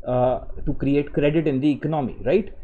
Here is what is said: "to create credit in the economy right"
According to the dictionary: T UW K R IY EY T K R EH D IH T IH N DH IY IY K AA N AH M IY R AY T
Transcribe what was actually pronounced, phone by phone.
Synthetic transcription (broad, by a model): T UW K R IY EY T K R EH D IH T IH N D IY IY K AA N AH M IY R AY T